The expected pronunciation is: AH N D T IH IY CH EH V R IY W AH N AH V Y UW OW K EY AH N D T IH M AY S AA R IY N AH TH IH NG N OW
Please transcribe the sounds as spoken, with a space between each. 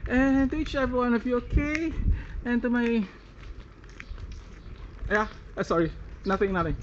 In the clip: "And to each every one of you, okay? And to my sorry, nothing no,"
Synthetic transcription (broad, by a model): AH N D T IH IY CH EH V IY W AH N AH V Y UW OW K EY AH N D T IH M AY S AA R IY N AH TH IH NG N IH